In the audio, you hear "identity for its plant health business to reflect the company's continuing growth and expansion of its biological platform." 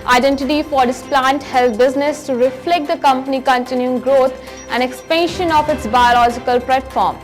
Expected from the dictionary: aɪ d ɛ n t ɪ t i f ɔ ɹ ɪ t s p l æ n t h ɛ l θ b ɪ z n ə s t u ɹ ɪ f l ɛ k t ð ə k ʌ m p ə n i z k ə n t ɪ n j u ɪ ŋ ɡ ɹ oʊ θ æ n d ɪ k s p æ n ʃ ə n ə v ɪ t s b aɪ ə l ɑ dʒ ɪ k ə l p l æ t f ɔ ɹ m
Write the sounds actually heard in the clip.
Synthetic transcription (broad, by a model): aɪ d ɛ n t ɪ t i f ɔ ɹ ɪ s p l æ n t h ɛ l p b ɪ z n ə s t u ɹ ɪ f l ɛ k t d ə k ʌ m p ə n i k ə n t ɪ n j u ɪ ŋ ɡ ɹ oʊ t æ n d ɪ k s p æ n ʃ ə n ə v ɪ t s b aɪ ə l ɑ dʒ ɪ k ə l p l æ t f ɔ ɹ m